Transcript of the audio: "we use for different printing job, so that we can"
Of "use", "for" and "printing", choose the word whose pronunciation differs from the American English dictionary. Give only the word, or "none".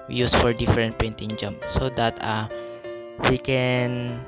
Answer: printing